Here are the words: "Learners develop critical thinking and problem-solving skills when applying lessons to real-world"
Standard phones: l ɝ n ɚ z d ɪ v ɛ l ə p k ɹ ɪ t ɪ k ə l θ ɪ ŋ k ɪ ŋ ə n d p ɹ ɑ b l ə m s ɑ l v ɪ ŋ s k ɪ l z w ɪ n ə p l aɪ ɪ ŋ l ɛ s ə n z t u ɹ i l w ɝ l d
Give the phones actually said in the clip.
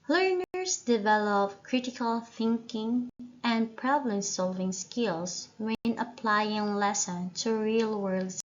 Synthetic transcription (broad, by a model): l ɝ n ɚ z d ɪ v ɛ l ə p k ɹ ɪ t ɪ k ə l θ ɪ ŋ k ɪ ŋ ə n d p ɹ ɑ b l ə m s ɑ l v ɪ ŋ s k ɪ l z w ɪ n ə p l aɪ ɪ ŋ l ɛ s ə n t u ɹ i l w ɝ l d